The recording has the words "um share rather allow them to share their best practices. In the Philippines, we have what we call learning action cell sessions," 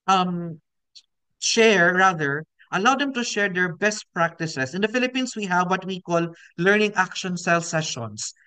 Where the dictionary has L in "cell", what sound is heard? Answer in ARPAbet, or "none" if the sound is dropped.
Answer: L